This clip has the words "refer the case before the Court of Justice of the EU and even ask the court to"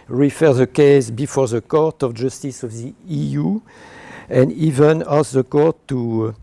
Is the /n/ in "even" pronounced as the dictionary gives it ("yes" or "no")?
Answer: yes